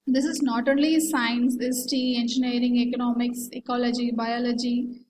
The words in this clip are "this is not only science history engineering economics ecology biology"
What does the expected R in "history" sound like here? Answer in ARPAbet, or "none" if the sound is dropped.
none